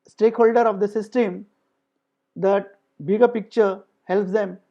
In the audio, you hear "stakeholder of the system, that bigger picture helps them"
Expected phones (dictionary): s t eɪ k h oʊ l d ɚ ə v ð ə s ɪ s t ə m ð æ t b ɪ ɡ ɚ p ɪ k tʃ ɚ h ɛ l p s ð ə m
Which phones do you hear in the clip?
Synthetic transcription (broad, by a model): s t eɪ k h oʊ l d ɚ ə v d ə s ɪ s t ə m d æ t b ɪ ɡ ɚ p ɪ k tʃ ɚ h ɛ l p s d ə m